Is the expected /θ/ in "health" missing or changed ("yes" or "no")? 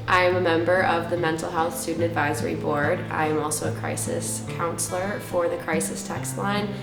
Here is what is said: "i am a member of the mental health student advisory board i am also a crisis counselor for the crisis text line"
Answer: no